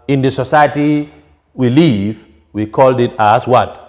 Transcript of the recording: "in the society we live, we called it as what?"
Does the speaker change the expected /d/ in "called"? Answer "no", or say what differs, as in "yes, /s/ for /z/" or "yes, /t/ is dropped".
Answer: no